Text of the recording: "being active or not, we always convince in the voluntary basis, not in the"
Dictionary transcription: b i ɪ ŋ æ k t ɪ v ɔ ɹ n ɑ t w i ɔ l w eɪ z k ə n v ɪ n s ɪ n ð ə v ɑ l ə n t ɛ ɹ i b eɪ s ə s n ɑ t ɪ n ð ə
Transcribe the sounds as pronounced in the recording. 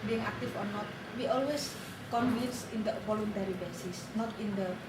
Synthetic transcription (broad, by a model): b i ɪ ŋ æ k t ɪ f ɔ ɹ n ɑ t w i ɔ l w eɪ s k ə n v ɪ n s ɪ n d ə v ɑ l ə n t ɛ ɹ i b eɪ s ə s n ɑ t ɪ n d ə